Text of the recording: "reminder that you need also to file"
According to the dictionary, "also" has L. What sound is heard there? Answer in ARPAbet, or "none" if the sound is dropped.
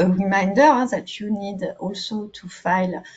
L